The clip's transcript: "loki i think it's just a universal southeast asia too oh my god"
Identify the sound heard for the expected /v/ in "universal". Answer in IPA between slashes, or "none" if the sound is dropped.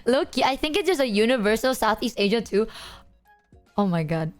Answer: /v/